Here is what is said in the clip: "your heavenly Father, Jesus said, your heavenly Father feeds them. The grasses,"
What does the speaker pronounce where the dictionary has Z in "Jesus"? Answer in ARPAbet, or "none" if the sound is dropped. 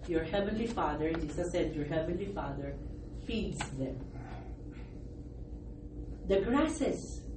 S